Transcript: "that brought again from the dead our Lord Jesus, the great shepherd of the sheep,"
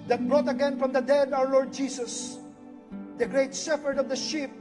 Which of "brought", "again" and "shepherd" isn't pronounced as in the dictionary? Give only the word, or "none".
shepherd